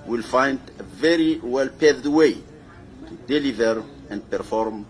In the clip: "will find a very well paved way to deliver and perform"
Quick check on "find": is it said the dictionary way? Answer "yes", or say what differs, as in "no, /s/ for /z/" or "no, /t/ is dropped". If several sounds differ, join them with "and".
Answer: yes